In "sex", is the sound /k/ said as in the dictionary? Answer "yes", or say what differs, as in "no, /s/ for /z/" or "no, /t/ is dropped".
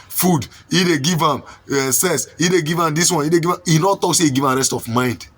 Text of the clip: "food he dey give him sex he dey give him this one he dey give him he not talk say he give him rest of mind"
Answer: no, /k/ is dropped